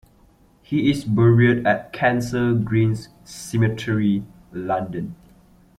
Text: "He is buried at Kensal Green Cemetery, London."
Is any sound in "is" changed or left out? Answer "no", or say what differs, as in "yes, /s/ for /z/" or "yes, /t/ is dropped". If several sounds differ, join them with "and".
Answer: yes, /s/ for /z/